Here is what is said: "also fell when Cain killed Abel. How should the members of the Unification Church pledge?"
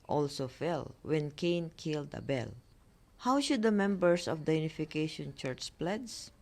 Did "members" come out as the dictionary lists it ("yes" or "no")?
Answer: no